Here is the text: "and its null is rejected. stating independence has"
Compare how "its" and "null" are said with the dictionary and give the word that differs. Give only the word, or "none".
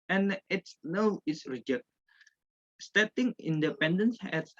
null